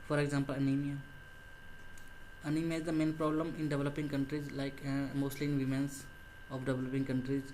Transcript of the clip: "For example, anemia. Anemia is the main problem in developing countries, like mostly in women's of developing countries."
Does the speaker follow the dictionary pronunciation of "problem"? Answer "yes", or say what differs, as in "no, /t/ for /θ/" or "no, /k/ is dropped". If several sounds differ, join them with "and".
yes